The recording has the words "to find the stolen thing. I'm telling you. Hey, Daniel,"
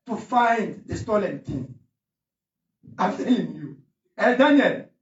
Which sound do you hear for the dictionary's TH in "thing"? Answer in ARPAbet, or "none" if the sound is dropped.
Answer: T